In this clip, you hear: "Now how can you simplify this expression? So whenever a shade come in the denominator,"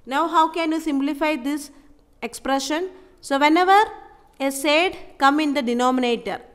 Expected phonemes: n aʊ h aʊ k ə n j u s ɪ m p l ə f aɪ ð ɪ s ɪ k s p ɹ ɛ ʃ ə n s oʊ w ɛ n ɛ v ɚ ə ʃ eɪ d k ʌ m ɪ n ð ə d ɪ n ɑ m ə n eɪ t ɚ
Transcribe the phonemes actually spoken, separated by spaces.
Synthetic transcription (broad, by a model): n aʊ h aʊ k ə n j u s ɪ m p l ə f aɪ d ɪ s ɪ k s p ɹ ɛ ʃ ə n s oʊ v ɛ n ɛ v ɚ ə s eɪ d k ʌ m ɪ n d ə d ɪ n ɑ m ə n eɪ t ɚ